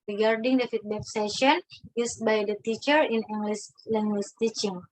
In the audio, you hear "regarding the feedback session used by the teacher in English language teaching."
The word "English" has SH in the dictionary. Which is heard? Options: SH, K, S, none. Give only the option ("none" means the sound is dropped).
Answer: S